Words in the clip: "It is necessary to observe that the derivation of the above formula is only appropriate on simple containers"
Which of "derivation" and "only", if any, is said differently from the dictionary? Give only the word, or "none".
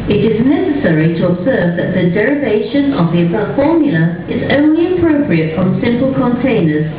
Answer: none